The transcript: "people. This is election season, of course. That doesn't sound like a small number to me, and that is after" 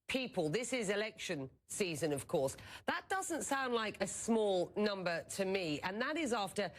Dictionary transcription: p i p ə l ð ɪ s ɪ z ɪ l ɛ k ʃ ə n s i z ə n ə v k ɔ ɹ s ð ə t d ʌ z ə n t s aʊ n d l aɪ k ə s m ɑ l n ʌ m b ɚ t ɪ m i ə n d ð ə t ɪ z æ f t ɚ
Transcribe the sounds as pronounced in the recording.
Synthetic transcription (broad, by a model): p i p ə l ð ɪ s ɪ z ɪ l ɛ k ʃ ə n s i z ə n ə v k ɔ ɹ s ð ə t d ʌ z ə n t s aʊ n d l aɪ k ə s m ɑ l n ʌ m b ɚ t ɪ m i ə n ð ə t ɪ z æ f t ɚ